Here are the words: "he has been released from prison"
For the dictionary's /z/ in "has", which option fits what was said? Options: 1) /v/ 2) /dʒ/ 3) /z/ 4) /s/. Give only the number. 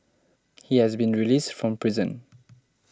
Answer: 3